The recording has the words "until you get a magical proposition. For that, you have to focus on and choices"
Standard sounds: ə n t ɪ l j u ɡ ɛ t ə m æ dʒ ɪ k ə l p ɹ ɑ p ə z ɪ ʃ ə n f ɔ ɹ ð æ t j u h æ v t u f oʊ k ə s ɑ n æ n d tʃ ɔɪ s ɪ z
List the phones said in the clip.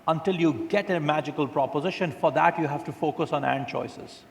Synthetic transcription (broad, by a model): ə n t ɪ l j u ɡ ɛ t ə m æ dʒ ɪ k ə l p ɹ ɑ p ə z ɪ ʃ ə n f ɔ ɹ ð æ t j u h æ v t u f oʊ k ə s ɑ n æ n d tʃ ɔɪ s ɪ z